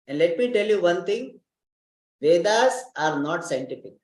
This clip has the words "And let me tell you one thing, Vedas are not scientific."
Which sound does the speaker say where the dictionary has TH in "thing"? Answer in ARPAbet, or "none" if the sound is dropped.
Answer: T